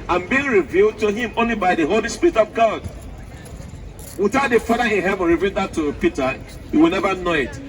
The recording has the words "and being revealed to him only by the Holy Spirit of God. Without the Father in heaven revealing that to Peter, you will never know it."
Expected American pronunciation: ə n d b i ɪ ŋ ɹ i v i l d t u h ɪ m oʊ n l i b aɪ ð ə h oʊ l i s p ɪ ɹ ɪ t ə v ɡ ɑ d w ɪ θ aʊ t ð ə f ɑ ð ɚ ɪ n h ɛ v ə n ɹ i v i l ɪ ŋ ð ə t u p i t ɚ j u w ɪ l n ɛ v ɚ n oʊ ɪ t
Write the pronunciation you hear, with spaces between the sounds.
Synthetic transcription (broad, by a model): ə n b i ɪ ŋ ɹ i v i l d t u h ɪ m oʊ n l i b aɪ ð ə h oʊ l i s p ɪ ɹ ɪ t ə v ɡ ɑ d w ɪ θ aʊ t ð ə f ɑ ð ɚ ɪ n h ɛ v ə n ɹ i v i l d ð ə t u p i t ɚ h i w ɪ l n ɛ v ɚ n oʊ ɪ t